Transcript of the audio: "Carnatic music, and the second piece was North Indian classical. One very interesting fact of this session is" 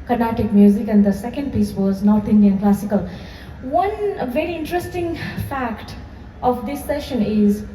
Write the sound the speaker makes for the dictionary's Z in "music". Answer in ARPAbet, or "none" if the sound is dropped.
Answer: Z